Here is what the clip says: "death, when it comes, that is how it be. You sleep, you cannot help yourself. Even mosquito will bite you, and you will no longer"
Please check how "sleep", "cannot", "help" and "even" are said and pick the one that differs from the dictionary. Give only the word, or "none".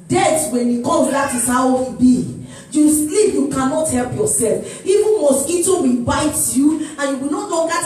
even